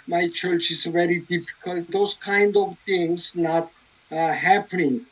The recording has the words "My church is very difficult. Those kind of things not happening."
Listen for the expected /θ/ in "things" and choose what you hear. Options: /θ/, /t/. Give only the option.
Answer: /t/